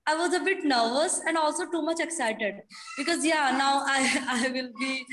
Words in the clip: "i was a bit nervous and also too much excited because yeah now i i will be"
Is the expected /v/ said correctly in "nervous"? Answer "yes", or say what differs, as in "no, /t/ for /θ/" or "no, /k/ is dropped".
yes